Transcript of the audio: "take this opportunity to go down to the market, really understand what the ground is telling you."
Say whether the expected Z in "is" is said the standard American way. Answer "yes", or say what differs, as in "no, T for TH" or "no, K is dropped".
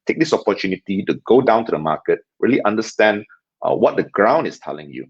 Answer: no, S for Z